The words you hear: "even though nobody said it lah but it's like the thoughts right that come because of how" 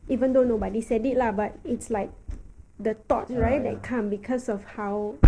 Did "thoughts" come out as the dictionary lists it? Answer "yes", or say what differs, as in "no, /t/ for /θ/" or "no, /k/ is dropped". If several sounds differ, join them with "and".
no, /t/ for /θ/ and /s/ is dropped